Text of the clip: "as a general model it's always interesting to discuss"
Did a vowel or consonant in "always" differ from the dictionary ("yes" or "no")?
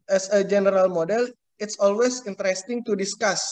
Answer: yes